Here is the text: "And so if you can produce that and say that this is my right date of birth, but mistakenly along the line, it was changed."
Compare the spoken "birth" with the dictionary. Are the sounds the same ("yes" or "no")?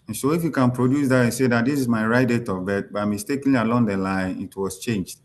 no